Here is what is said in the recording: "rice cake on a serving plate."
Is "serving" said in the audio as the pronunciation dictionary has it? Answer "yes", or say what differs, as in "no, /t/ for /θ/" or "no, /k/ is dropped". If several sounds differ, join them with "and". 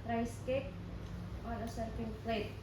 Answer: no, /f/ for /v/